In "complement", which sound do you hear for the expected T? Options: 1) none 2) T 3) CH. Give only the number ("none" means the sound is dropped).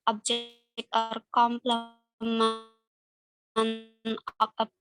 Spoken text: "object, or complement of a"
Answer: 1